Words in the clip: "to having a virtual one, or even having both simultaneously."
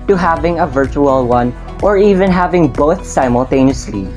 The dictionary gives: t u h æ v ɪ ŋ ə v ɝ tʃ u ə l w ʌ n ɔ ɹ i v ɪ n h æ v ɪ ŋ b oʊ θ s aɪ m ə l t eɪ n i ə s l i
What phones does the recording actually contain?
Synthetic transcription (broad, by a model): t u h æ v ɪ ŋ ə v ɝ tʃ u ə l w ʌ n ɔ ɹ i v ɪ n h æ v ɪ ŋ b oʊ θ s aɪ m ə l t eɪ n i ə s l i